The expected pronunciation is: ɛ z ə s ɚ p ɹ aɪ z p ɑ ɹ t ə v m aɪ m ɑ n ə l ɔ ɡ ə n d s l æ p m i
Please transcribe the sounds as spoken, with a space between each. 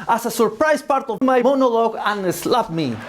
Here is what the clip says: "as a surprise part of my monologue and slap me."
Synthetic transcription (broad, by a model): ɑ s ə s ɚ p ɹ aɪ s p ɑ ɹ t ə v m aɪ m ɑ n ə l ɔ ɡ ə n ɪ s l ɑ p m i